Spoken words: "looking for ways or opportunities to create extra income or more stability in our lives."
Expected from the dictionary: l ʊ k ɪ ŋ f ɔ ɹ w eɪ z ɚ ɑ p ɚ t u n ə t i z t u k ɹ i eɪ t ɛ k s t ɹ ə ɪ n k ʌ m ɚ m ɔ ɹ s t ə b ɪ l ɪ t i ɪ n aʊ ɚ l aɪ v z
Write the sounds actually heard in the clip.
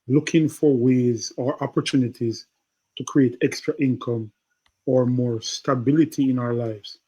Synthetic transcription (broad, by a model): l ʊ k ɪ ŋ f ɔ ɹ w eɪ z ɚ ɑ p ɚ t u n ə t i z t u k ɹ i eɪ t ɛ k s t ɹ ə ɪ n k ʌ m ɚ m ɔ ɹ s t ə b ɪ l ɪ t i ɪ n aʊ ɚ l aɪ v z